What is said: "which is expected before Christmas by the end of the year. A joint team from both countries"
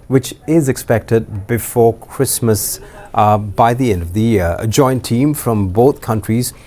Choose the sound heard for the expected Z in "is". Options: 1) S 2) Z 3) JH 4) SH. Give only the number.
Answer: 2